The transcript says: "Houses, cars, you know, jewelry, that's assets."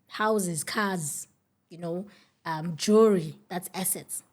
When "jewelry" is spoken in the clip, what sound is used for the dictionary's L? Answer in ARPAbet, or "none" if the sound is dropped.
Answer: none